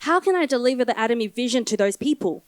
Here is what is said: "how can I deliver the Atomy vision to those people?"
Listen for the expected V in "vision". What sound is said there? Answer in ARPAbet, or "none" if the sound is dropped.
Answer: V